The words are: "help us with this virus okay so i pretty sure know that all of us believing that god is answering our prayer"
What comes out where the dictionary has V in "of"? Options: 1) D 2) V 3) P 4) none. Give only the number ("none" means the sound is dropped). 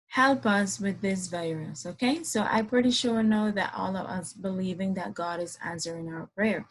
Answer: 2